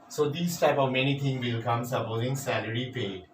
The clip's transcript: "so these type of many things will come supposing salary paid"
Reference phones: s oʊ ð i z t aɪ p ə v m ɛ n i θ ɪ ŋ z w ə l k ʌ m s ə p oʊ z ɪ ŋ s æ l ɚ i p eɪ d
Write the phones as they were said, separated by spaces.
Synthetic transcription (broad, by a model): s oʊ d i s t aɪ p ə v m ɛ n i t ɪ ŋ w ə l k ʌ m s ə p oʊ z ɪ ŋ s æ l ɚ i p eɪ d